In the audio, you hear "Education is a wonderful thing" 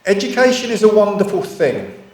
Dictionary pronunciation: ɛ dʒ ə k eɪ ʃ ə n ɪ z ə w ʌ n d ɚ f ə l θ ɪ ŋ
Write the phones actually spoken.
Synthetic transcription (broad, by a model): ɛ dʒ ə k eɪ ʃ ə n ɪ z ə w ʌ n d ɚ f ə l θ ɪ ŋ